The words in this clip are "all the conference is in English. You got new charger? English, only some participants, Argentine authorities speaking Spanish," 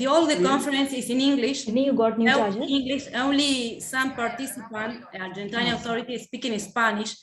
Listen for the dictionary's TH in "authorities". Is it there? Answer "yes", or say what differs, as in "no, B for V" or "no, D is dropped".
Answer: no, T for TH